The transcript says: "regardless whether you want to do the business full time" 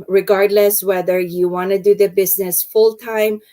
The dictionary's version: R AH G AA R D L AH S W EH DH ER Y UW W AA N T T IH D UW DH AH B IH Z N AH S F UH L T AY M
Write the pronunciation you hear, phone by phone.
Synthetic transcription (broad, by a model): R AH G AA R D L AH S W EH DH ER Y UW W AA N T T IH D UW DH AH B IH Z N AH S F UH L T AY M